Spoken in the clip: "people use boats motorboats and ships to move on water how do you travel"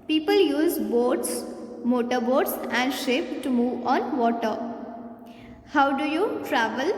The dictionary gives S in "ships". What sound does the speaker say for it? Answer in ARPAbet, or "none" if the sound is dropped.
none